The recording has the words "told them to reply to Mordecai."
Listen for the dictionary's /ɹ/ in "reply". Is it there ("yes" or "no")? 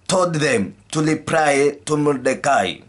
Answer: no